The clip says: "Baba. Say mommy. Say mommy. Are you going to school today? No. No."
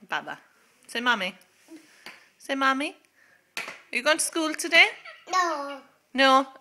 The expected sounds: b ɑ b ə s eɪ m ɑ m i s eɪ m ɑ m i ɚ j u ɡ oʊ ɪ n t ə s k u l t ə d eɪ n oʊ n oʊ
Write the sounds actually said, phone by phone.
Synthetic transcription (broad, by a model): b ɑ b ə s eɪ m ɑ m i s eɪ m ɑ m i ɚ j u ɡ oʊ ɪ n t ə s k u l t ə d eɪ n oʊ n oʊ